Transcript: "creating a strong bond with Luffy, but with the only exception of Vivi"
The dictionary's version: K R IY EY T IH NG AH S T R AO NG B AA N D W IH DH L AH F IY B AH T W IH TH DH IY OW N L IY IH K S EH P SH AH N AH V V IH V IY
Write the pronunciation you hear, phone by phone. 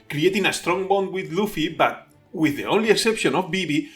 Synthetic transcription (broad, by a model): K R IY EY T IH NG AH S T R AO NG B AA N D W IH DH L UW F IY B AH T W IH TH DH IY OW N L IY IH K S EH P SH AH N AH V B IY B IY